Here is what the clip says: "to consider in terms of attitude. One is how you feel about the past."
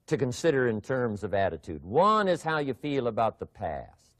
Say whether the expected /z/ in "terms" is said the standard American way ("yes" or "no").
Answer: yes